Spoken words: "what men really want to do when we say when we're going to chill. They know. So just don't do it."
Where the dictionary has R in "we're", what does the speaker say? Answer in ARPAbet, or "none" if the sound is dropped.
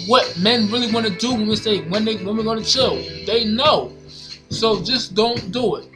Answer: W